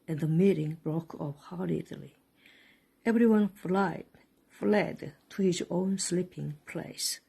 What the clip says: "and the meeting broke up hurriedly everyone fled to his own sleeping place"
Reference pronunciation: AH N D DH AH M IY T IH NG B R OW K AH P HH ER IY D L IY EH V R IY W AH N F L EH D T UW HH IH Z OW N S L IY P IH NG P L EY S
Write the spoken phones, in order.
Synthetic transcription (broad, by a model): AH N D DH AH M IY T IH NG B R OW K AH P HH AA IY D L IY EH V R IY W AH N F L EH D T UW HH IH Z OW N S L IY P IH NG P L EY S